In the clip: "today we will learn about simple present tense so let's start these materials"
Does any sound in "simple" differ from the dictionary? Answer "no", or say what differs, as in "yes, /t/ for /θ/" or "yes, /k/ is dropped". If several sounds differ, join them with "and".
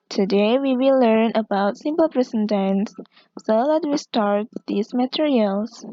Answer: no